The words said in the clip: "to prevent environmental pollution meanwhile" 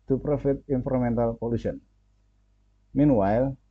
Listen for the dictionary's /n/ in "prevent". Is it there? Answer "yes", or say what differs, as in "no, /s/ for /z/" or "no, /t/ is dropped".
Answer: no, /n/ is dropped